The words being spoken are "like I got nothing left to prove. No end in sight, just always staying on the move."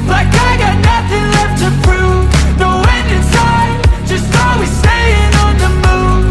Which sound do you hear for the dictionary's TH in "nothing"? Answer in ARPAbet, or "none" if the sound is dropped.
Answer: TH